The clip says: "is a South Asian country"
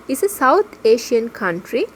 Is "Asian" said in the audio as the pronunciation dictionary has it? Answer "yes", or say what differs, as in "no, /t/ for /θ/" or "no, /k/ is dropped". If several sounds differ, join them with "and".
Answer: no, /ʃ/ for /ʒ/